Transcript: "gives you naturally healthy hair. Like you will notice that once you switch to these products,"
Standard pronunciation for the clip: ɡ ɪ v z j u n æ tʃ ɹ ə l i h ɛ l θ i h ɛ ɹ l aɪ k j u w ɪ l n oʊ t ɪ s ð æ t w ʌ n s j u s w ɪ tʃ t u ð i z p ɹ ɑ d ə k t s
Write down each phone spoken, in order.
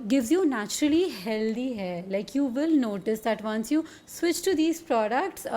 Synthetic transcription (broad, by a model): ɡ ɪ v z j u n æ tʃ ɹ ə l i h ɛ l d i h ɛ l aɪ k j u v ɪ l n oʊ t ɪ s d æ t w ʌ n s j u s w ɪ tʃ t u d i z p ɹ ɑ d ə k t s